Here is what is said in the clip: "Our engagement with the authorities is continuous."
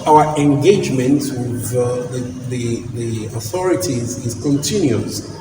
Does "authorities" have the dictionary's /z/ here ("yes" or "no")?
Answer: yes